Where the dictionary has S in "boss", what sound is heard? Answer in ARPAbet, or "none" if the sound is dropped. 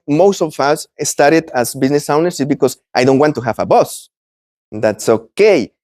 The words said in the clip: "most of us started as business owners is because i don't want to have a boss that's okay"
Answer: S